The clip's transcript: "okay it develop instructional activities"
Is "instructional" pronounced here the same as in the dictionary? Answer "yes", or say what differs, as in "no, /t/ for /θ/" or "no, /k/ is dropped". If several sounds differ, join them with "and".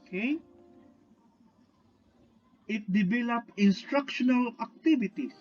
yes